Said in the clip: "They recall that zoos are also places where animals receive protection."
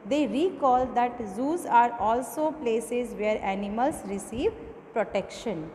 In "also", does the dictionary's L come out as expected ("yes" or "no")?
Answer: yes